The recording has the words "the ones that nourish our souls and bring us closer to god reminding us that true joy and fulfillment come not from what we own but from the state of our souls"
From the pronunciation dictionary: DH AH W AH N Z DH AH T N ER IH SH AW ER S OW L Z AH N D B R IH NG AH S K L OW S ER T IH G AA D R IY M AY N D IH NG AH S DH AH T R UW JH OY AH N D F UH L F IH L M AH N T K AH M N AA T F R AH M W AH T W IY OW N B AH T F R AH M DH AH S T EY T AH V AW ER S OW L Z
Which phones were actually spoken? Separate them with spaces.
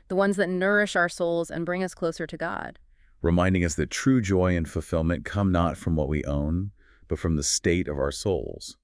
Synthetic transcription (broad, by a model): DH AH W AH N Z DH AH T N ER IH SH AW ER S OW L Z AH N B R IH NG AH S K L OW S ER T IH G AA D R IY M AY N D IH NG AH S DH AH T R UW JH OY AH N F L F IH L M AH N K AH M N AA T F R AH M W AH T W IY OW N B AH T F R AH M DH AH S T EY T AH V AW ER S OW L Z